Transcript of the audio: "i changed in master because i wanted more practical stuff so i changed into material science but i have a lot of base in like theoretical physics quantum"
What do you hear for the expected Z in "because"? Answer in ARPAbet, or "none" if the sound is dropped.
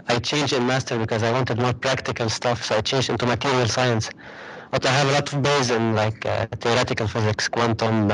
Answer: Z